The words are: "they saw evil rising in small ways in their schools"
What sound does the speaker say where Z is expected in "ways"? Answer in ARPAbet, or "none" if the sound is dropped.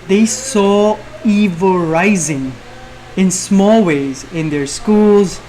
Z